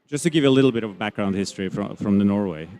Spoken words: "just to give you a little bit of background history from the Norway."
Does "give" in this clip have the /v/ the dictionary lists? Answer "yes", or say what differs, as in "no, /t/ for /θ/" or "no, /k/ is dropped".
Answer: yes